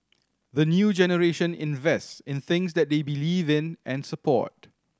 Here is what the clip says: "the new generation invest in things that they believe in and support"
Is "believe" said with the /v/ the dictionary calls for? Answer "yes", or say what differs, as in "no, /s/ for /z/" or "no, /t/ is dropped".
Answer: yes